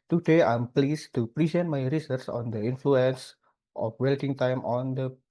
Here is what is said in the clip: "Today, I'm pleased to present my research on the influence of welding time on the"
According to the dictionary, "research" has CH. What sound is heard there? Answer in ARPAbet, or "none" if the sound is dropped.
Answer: S